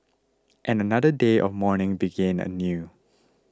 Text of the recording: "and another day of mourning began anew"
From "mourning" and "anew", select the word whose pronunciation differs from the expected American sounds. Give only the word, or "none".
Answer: none